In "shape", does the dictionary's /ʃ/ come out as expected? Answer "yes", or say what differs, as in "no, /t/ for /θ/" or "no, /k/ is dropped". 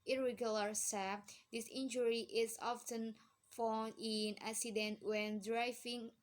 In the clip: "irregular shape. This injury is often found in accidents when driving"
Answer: no, /s/ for /ʃ/